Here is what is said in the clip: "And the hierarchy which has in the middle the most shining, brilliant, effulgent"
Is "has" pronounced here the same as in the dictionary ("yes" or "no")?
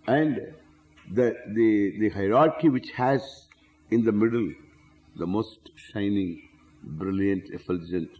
yes